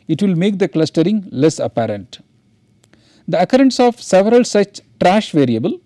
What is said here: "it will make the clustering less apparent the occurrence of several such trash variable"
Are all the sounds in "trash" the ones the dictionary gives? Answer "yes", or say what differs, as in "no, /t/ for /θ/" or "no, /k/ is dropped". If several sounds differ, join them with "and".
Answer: yes